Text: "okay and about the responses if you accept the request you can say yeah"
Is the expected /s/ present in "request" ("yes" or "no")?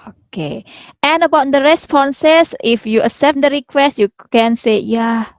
yes